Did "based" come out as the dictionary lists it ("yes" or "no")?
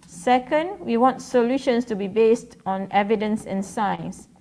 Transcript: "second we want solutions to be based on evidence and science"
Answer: yes